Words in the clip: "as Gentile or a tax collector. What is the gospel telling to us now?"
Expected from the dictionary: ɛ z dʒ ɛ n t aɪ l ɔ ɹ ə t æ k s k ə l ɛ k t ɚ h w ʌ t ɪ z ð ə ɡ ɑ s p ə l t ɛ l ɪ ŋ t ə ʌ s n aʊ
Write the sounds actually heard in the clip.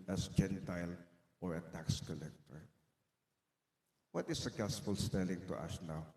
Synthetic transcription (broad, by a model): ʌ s dʒ ɛ n t aɪ l ɔ ɹ ə t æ k s k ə l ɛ k t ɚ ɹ w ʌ t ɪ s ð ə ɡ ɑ s f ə l t ɛ l ɪ ŋ t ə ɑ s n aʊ